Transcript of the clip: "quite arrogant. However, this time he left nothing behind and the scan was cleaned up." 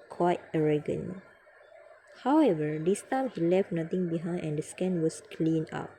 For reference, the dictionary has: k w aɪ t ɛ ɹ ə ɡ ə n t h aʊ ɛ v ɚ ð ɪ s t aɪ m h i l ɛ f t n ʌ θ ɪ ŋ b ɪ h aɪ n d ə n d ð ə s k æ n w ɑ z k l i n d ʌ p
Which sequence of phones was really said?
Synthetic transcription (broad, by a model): k w aɪ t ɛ ɹ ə ɡ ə n h aʊ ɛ v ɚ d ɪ s t aɪ m h i l ɛ f t n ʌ t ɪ ŋ b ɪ h aɪ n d ə n d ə s k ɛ n w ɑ s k l i n ɑ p